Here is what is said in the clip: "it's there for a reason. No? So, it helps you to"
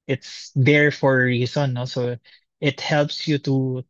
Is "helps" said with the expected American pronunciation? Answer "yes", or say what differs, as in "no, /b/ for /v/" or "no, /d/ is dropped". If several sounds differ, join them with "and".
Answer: yes